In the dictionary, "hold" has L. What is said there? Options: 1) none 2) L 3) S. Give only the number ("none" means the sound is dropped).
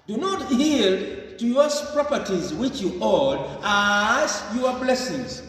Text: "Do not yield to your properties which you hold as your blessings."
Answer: 1